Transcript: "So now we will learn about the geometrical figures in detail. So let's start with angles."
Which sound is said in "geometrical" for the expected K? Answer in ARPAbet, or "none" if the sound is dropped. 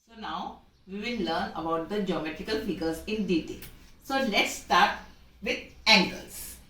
K